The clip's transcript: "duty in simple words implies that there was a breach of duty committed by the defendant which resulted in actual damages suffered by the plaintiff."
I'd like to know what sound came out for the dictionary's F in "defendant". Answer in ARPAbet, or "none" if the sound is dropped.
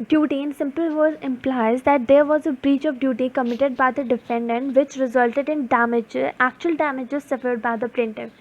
F